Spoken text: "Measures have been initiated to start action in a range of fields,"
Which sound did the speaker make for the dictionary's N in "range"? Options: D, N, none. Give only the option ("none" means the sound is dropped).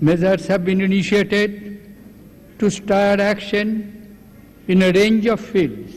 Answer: N